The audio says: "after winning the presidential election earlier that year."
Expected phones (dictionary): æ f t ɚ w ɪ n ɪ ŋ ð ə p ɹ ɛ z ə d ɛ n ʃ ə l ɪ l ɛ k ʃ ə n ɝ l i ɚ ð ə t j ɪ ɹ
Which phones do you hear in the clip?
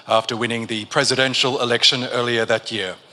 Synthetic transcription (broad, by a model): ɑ f t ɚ w ɪ n ɪ ŋ ð ə p ɹ ɛ z ə d ɛ n ʃ ə l ɪ l ɛ k ʃ ə n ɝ l i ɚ ð ə t j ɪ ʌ